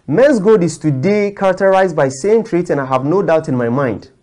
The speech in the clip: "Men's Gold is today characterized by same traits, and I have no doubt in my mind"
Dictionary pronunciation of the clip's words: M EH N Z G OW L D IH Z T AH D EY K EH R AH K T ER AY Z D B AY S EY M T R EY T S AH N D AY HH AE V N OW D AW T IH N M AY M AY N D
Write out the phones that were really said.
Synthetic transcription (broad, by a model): M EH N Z G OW D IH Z T AH D EY K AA R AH K T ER AY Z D B AY S EY M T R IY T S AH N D AY HH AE V N OW D AW T IH N M AY M AY N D